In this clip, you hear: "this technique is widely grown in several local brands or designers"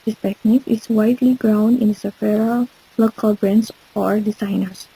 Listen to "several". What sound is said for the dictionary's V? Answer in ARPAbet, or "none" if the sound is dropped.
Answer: F